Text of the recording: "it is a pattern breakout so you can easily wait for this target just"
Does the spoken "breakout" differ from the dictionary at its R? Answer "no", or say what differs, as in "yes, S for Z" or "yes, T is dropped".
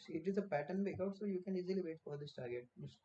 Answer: yes, R is dropped